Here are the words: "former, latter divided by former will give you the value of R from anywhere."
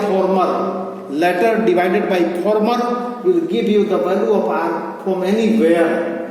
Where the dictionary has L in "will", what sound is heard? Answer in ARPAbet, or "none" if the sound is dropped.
L